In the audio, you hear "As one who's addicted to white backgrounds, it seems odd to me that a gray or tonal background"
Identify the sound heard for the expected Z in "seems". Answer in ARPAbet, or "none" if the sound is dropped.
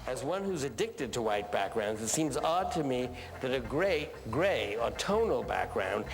Z